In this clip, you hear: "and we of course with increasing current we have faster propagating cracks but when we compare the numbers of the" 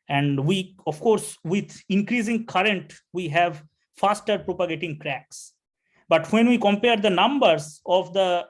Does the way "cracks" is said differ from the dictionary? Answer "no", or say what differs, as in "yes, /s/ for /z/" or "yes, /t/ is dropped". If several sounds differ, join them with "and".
no